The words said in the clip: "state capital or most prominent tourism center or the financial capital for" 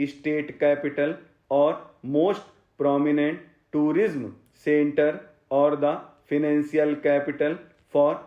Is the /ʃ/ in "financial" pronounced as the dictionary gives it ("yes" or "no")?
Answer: no